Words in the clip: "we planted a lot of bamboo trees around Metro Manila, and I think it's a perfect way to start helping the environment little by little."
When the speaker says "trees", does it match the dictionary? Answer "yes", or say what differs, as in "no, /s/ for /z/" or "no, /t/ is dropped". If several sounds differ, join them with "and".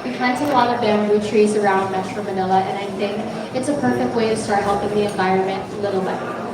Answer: yes